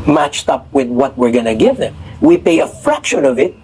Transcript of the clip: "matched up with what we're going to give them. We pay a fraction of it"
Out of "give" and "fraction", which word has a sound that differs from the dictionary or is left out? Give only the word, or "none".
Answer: none